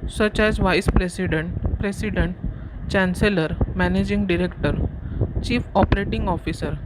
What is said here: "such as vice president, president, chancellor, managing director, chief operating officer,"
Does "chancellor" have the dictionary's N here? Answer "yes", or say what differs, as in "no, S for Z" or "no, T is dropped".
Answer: yes